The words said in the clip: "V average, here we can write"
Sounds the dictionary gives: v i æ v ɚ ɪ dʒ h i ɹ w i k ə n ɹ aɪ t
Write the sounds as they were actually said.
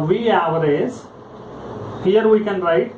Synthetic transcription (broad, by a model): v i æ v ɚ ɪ z h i ɹ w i k ə n ɹ aɪ t